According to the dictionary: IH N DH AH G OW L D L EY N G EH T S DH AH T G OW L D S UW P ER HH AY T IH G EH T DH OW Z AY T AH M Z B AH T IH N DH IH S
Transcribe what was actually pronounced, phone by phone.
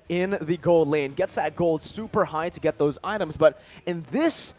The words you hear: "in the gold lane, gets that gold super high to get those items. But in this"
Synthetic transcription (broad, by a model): IH N DH AH G OW L D L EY N G EH T S DH AH T G OW L D S UW P ER HH AY T IH G EH T DH OW Z AY T AH M Z B AH T IH N DH IH S